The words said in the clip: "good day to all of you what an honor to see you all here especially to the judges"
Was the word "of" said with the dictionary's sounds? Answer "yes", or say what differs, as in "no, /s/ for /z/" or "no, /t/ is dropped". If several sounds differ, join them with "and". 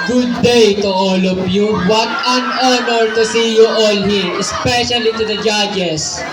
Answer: no, /p/ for /v/